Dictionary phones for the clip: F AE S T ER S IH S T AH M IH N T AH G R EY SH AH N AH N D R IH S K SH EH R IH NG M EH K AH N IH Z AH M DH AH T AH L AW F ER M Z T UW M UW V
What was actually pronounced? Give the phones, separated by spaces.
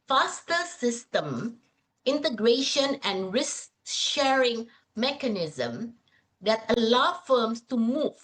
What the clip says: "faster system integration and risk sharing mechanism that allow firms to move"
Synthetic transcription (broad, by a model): F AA S T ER S IH S T AH M IH N T AH G R EY SH AH N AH N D R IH S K SH EH R IH NG M EH K AH N IH Z AH M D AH T AH L AW F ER M S T UW M UW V